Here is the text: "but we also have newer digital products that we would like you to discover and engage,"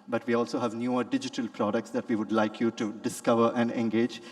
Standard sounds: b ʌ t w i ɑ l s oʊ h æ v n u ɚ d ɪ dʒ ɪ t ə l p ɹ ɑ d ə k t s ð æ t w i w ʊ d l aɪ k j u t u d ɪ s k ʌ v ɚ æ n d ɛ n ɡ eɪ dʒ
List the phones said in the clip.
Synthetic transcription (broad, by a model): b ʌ t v i ɑ l s oʊ h æ v n u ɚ d ɪ dʒ ɪ t ə l p ɹ ɑ d ə k t s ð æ t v i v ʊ d l aɪ k j u t u d ɪ s k ʌ v ɚ æ n d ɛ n ɡ eɪ dʒ